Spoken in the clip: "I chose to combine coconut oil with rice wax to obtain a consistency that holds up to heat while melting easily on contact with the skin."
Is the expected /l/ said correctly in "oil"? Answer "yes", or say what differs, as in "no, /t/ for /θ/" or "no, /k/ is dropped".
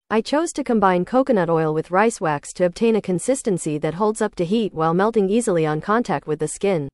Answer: yes